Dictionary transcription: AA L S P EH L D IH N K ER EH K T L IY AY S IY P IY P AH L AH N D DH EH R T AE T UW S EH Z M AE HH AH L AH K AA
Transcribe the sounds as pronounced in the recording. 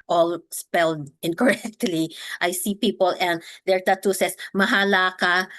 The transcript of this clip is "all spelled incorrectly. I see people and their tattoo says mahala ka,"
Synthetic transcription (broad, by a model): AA L S P EH L D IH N K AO EH K T L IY AY S IY P IY P AH L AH N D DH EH R T AE T UW S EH S M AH HH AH L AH K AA